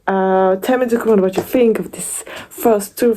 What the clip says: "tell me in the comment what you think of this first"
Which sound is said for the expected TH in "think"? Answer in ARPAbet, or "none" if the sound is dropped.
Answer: TH